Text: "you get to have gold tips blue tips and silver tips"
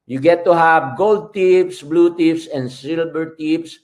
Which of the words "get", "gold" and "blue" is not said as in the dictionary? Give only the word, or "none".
none